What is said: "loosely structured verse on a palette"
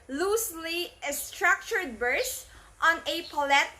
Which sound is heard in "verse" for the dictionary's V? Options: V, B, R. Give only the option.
B